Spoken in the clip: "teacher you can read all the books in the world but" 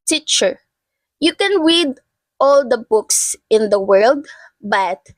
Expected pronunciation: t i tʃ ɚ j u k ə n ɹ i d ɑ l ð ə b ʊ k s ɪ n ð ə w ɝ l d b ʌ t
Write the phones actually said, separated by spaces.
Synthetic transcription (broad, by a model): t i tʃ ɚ j u k ə n ɹ i d ɑ l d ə b ʊ k s ɪ n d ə w ɝ l d b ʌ t